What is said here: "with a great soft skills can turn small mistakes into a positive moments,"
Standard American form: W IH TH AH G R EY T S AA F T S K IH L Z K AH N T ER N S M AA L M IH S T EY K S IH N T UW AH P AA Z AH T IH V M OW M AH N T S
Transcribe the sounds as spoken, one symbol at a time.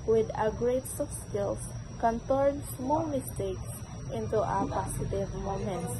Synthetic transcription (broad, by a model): W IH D AH G R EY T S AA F S K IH L S K AH N T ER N S M AA L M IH S T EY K S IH N T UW AH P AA S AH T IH V M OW M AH N T